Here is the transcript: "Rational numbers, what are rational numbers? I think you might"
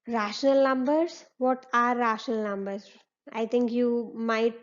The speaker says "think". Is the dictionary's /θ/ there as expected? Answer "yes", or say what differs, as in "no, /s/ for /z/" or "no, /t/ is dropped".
no, /t/ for /θ/